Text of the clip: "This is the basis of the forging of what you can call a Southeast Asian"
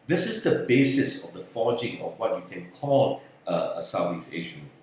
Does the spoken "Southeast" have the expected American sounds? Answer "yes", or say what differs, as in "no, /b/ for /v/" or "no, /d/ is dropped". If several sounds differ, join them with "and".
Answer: no, /t/ is dropped